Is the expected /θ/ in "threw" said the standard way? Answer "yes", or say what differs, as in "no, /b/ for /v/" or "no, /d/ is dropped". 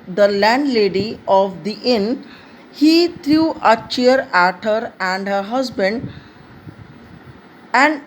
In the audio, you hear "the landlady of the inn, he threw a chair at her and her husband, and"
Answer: no, /t/ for /θ/